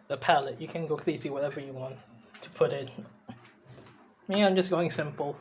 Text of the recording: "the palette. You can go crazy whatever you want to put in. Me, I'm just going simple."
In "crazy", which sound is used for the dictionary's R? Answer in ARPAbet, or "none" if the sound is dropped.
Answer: L